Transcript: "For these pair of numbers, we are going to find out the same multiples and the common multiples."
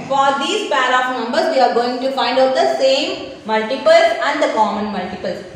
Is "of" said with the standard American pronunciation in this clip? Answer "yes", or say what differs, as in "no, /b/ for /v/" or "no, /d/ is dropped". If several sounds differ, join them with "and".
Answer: no, /p/ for /v/